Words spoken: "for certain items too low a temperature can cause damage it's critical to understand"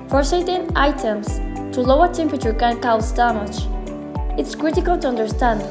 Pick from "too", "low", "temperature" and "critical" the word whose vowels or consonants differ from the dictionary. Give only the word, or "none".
none